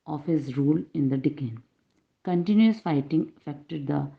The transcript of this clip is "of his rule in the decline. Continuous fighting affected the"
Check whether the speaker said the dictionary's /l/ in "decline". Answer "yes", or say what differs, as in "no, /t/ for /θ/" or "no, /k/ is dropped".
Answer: no, /l/ is dropped